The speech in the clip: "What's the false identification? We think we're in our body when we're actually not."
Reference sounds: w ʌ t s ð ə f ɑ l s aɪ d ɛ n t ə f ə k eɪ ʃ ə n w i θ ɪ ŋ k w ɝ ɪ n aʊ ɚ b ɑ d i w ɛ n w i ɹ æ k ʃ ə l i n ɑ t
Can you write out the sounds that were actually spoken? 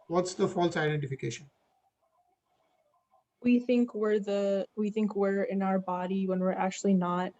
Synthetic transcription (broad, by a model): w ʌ t s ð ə f ɑ l s aɪ d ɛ n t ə f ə k eɪ ʃ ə n w i θ ɪ ŋ k w ɝ ɪ n aʊ ɚ b ɑ d i w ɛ n w i ɹ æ k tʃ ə l i n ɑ t